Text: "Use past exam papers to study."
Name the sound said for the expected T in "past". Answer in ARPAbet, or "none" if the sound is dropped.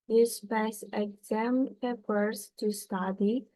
none